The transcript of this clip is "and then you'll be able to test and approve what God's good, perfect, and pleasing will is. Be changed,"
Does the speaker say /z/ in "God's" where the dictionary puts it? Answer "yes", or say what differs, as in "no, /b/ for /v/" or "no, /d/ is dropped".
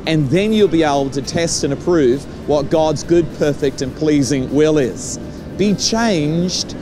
yes